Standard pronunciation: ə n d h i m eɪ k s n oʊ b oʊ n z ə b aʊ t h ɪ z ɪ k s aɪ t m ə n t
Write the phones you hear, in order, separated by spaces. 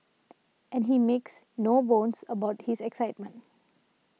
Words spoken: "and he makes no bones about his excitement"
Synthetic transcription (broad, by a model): ə n d h i m eɪ k s n oʊ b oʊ n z ə b aʊ t h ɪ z ɪ k s aɪ t m ə n t